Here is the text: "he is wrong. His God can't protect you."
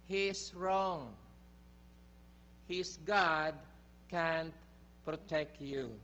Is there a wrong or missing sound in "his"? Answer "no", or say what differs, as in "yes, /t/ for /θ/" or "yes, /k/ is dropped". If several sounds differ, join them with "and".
yes, /s/ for /z/